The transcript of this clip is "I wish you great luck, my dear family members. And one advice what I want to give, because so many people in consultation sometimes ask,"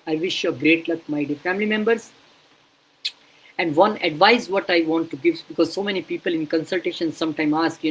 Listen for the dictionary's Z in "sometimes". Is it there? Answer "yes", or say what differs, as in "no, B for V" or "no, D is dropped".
no, Z is dropped